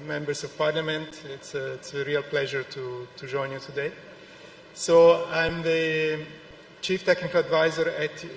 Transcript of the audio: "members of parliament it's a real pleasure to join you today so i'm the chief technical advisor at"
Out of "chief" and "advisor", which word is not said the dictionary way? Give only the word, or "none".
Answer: none